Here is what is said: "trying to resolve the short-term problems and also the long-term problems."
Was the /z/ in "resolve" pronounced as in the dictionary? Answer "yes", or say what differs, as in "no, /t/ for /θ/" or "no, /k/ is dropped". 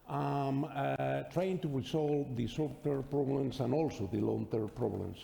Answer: no, /s/ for /z/